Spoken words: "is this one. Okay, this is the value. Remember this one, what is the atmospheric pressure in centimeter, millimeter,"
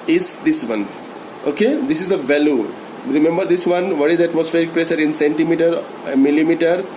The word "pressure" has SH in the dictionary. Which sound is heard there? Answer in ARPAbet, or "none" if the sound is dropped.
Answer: S